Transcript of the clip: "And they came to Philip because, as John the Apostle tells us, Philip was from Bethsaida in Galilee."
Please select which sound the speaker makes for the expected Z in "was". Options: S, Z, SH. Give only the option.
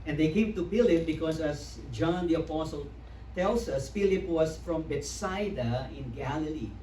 S